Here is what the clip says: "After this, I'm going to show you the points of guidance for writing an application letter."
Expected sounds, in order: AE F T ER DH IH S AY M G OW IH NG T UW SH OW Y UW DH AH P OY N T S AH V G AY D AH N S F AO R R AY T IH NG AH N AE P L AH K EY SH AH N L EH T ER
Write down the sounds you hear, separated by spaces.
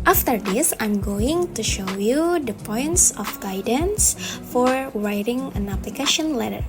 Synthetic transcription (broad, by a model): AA F T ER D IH S AY M G OW IH NG T UW SH OW Y UW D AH P OY N T S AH F G AY D AH N S F AO R R AY T IH NG AH N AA P L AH K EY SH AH N L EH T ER